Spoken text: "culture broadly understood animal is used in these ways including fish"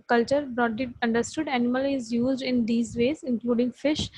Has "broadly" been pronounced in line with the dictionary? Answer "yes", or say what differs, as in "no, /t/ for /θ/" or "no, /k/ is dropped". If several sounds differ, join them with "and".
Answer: no, /l/ is dropped